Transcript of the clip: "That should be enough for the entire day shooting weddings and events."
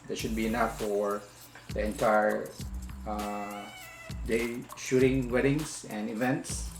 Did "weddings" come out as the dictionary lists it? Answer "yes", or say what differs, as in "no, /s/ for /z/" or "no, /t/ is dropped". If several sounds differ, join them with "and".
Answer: no, /s/ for /z/